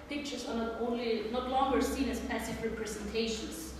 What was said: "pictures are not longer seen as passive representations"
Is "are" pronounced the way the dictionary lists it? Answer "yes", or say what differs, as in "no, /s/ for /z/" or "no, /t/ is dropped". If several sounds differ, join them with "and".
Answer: no, /l/ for /ɹ/